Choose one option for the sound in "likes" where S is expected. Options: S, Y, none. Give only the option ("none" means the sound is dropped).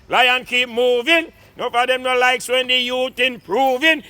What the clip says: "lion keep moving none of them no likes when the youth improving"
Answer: S